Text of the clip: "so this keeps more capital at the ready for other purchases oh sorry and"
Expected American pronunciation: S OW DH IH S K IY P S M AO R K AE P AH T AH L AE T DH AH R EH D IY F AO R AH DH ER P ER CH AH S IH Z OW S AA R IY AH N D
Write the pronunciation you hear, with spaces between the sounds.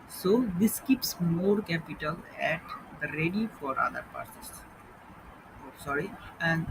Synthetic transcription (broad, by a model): S OW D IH S K IY P S M AO R K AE P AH T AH L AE T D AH R EH D IY F AO R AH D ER P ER S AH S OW S AA R IY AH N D